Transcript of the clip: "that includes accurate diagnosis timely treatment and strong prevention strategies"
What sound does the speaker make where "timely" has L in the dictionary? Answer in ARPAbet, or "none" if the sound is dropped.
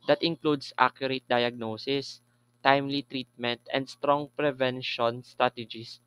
L